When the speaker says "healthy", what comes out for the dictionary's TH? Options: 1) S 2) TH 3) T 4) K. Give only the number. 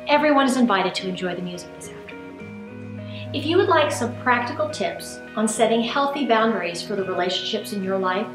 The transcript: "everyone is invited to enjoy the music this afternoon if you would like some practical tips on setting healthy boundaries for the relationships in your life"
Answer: 2